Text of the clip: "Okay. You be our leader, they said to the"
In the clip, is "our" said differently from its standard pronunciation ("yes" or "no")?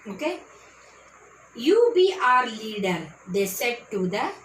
no